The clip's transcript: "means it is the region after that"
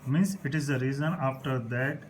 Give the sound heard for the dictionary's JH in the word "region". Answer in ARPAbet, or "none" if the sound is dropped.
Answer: Z